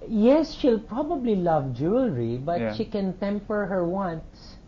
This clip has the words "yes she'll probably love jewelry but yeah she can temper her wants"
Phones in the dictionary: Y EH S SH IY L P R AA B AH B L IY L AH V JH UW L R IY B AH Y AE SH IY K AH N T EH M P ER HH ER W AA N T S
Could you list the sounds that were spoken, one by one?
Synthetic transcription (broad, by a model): Y EH S SH IY L P R AA B AH B L IY L AH V JH UW L R IY B AH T SH IY K AH N T EH M P ER HH ER W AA N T S